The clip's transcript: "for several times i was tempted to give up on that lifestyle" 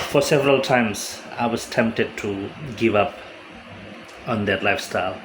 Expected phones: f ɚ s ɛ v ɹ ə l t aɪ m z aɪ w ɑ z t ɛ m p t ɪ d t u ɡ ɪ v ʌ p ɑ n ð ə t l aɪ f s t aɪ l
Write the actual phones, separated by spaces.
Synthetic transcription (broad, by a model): f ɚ s ɛ v ɹ ə l t aɪ m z aɪ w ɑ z t ɛ m p t ɪ d t u ɡ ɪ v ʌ p ɑ n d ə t l aɪ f s t aɪ l